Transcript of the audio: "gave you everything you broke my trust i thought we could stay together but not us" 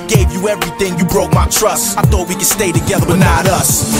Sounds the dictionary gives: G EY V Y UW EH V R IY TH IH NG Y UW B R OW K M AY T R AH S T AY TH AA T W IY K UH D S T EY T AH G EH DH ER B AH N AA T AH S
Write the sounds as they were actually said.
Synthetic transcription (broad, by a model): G EY V Y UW EH V R IY TH IH NG Y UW B R OW K M AY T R AH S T AY TH AA T W IY K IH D S T EY T AH G EH DH ER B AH N AA T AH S